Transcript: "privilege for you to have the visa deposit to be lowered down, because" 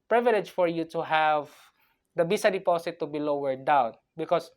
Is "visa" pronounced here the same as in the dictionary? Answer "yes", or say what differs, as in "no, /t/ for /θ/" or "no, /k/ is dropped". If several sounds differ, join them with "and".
no, /b/ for /v/ and /s/ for /z/